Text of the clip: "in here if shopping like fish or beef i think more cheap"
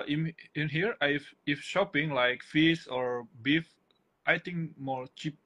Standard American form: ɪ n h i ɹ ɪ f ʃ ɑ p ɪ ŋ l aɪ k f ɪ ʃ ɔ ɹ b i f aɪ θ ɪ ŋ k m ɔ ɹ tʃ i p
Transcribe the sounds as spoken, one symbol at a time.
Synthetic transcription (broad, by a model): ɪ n h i ɹ ɪ f ʃ ɑ p ɪ ŋ l aɪ k f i s ɔ ɹ b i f aɪ t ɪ ŋ k m ɔ ɹ tʃ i p